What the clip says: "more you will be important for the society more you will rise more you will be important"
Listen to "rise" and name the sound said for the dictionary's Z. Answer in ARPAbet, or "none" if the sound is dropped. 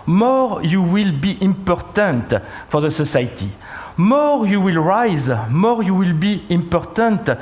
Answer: Z